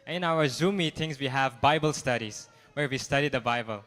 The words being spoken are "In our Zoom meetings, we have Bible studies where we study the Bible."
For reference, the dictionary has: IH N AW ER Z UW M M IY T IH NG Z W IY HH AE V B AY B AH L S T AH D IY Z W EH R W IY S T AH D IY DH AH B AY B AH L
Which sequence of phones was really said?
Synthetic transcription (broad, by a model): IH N AW ER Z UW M M IY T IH NG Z W IY HH AE V B AY B AH L S T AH D IY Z W EH R W IY S T AH D IY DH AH B AY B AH L